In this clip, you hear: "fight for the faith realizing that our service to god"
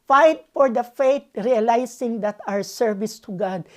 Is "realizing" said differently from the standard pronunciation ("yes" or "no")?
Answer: yes